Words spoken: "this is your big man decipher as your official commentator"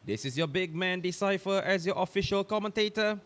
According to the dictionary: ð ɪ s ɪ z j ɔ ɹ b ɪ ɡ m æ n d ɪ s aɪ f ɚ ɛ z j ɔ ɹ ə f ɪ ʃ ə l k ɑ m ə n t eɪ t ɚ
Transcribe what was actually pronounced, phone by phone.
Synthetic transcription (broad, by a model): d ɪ s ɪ s j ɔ b ɪ ɡ m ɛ n d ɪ s aɪ f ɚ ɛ s j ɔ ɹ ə f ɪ ʃ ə l k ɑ m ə n t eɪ t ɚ